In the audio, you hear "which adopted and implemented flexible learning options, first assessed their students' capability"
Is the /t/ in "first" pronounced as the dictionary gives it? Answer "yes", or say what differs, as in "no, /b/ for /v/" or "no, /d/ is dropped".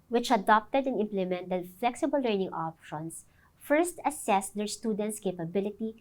yes